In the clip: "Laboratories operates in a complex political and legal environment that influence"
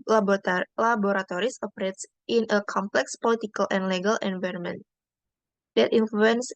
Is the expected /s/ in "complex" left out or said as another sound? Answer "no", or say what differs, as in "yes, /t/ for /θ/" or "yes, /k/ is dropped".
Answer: no